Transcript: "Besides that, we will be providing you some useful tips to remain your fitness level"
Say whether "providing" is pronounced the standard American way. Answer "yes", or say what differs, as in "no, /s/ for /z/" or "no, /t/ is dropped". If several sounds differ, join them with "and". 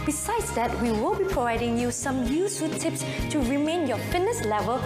yes